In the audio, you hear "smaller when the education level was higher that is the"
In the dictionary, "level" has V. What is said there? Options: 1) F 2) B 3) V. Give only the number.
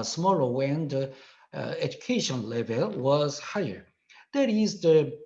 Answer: 3